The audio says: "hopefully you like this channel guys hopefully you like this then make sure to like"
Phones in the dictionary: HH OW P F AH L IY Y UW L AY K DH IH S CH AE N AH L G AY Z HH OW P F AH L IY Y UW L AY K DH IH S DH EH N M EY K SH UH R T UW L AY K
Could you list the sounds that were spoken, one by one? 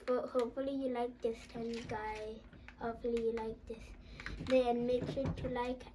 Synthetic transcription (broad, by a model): HH OW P F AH L IY Y UW L AY K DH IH S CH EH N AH G AY HH OW P F AH L IY Y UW L AY K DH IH S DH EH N M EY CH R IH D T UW L AY K